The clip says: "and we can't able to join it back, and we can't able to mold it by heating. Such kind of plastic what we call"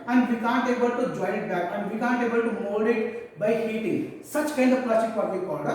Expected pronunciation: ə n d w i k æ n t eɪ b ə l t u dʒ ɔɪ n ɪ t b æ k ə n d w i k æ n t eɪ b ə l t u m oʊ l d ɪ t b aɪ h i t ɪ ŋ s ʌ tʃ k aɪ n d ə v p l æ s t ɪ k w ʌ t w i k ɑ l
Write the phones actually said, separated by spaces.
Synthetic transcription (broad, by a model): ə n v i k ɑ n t eɪ b ə l t u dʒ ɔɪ ɪ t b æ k ə n d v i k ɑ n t eɪ b ə l t u m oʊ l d ɪ t b aɪ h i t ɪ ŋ s ʌ tʃ k aɪ n d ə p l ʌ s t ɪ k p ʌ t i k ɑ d